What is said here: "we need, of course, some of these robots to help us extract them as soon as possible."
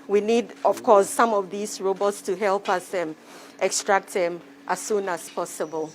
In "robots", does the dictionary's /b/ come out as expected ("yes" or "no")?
yes